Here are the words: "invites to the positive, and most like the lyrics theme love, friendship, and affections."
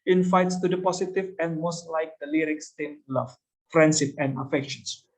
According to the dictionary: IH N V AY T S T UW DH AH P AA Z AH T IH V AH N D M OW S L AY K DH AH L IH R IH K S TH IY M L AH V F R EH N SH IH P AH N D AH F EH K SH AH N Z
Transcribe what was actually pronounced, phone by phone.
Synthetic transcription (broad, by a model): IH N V AY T S T UW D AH P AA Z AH T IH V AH N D M OW S L AY K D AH L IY R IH K S T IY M L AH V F R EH N S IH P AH N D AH F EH K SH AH N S